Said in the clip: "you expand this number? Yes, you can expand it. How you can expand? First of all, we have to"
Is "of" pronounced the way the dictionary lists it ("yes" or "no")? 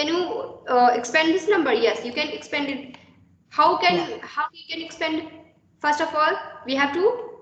no